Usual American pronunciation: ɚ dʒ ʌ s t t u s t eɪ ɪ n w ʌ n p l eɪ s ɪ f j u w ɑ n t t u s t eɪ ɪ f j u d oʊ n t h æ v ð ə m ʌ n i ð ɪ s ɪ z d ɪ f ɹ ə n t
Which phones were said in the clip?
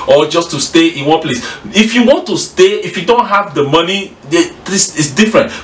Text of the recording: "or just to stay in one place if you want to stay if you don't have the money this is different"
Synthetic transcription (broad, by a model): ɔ dʒ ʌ s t t u s t eɪ ɪ n w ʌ n p l eɪ s ɪ f j u w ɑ n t t u s t eɪ ɪ f j u d oʊ n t h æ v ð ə m ʌ n i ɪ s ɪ s d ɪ f ɹ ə n t